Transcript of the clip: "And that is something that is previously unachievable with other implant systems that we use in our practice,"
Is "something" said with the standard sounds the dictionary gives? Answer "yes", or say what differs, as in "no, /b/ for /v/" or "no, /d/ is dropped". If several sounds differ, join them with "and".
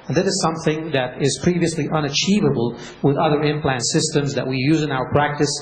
yes